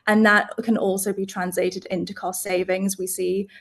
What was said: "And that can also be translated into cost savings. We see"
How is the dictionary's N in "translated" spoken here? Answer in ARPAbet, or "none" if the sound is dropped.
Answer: N